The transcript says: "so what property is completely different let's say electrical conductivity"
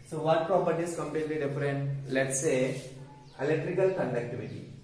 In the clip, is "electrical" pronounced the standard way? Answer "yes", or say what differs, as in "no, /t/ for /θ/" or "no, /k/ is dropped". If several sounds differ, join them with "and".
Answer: yes